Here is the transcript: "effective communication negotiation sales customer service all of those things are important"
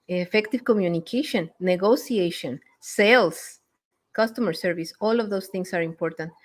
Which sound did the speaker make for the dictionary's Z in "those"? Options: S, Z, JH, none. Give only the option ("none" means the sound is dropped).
S